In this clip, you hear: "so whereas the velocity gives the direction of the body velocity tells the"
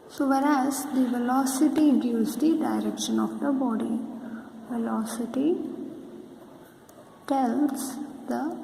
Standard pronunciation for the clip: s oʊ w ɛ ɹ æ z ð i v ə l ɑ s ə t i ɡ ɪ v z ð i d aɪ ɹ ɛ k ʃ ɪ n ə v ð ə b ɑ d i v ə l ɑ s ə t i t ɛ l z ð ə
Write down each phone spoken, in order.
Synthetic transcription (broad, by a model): s oʊ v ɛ ɹ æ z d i v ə l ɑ s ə t i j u z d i d aɪ ɹ ɛ k ʃ ɪ n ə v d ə b ɑ d i v ə l ɑ s ə t i t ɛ l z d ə